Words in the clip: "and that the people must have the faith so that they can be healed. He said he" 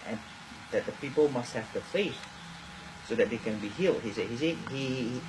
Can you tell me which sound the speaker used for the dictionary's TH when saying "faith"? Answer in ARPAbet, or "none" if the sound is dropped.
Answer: S